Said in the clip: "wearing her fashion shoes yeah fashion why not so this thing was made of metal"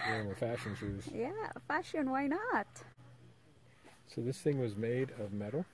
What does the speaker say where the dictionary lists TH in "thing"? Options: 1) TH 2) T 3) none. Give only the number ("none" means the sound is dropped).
1